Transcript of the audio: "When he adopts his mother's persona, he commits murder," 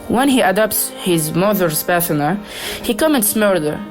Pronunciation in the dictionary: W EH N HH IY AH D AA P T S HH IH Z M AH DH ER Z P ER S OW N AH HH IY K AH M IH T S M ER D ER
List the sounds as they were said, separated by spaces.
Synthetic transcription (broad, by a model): W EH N HH IY AH D AA P T S HH IH Z M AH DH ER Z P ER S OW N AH HH IY K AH M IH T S M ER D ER